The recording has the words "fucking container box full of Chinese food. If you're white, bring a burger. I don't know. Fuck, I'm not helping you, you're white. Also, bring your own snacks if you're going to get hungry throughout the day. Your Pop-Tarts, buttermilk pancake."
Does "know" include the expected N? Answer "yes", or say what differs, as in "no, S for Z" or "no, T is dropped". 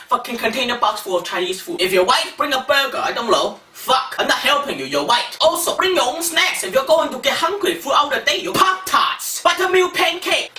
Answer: no, L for N